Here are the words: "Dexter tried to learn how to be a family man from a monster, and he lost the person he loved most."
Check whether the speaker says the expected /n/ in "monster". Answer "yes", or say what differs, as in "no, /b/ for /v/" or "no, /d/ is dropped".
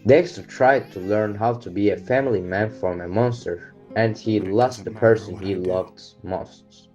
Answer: yes